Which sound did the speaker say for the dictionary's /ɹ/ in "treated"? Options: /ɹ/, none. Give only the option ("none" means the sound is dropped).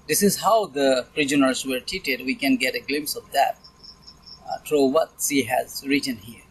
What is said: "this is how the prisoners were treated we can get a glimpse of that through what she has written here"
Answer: none